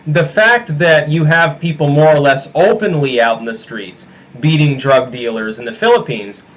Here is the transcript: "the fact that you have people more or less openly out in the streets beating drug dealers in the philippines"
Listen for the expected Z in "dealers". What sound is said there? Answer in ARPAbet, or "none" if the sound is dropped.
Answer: Z